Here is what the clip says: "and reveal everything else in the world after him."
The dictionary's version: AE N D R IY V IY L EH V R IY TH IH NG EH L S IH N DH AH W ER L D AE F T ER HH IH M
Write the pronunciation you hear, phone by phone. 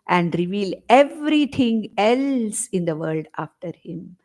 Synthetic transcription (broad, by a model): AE N D R IY V IY L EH V R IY T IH NG EH L S IH N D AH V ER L D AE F T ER HH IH M